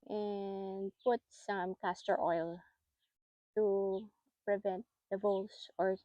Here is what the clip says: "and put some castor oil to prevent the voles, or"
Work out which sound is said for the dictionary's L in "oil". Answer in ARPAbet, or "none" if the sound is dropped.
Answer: L